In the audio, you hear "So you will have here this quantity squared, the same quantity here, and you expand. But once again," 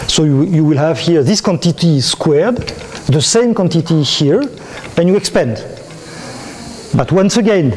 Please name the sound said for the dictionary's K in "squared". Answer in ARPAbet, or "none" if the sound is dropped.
K